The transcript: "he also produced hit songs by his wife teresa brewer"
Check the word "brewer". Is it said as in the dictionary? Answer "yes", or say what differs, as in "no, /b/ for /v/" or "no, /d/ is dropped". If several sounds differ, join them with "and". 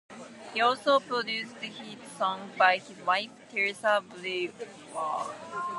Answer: no, /l/ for /ɹ/